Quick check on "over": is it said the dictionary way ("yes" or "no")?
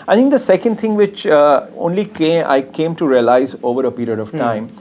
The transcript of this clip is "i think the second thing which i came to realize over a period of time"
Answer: yes